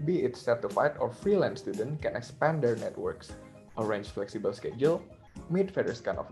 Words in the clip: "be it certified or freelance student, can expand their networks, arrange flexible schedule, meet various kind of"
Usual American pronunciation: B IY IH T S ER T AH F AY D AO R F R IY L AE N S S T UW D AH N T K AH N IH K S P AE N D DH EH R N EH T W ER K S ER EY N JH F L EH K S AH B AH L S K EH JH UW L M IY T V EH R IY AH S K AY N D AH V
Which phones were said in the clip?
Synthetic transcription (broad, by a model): B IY IH T S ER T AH F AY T AO R F R IY L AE N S S T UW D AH N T K AH N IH K S P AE N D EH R N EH T W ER K S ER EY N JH F L EH K S AH B AH L S K EH JH UW L M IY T F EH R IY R S K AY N AH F